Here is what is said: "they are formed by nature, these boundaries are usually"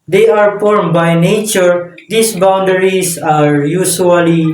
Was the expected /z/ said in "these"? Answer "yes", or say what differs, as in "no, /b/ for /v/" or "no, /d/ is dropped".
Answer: no, /s/ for /z/